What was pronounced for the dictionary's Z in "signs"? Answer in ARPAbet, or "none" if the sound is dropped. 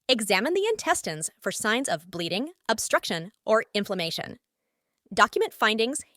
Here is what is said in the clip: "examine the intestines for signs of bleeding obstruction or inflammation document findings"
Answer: Z